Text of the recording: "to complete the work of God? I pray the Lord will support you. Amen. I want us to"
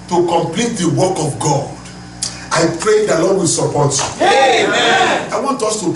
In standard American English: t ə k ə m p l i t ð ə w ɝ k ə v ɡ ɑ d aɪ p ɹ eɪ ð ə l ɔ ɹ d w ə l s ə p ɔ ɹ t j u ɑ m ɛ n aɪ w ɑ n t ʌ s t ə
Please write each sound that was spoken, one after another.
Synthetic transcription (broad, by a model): t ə k ə m p l i t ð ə w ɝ k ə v ɡ ɑ d aɪ p ɹ eɪ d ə l ɔ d w ə l s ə p ɔ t j u ɑ ɪ w ɑ n t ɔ s t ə